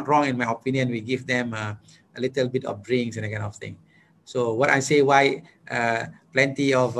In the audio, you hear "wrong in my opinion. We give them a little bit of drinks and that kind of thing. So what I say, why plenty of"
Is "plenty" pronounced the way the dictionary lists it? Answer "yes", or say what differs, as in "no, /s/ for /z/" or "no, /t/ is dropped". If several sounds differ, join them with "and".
yes